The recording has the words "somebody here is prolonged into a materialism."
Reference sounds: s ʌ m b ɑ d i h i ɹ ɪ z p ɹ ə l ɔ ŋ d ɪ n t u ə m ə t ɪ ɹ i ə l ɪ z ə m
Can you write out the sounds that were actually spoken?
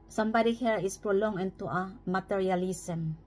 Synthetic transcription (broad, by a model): s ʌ m b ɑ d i h i ɹ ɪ s p ɹ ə l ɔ ŋ ɪ n t u ə m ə t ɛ ɹ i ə l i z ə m